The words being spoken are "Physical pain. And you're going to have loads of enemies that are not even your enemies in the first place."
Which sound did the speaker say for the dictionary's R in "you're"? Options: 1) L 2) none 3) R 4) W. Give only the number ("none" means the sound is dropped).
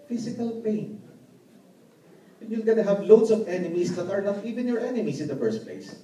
1